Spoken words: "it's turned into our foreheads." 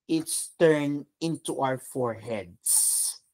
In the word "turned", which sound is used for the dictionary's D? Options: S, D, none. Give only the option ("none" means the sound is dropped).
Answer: none